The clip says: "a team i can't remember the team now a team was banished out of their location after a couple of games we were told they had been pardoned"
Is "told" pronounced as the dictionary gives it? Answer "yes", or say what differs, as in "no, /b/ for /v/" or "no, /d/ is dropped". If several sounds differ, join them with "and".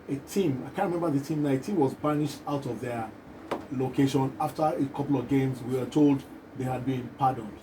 yes